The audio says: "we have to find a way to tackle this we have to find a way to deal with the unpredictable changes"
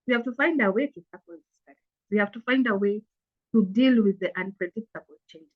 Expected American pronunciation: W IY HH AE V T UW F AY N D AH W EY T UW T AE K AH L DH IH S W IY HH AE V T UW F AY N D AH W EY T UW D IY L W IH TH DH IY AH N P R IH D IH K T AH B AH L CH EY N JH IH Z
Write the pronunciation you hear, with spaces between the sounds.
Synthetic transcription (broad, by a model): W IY HH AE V T UW F AY N D AH W EY T UW S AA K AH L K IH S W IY HH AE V T UW F AY N D AH W EY T UW D IY L W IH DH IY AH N P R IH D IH K T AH B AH L CH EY N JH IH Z